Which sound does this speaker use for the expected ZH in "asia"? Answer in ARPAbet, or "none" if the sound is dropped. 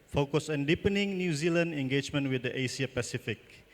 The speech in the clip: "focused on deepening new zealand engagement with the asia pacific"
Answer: S